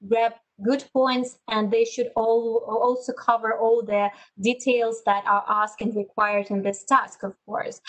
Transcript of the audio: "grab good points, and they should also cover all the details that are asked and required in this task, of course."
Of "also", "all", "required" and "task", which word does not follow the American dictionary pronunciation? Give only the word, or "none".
none